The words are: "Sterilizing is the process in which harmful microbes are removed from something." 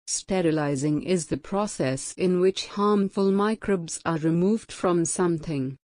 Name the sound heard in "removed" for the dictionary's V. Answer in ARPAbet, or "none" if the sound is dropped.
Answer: V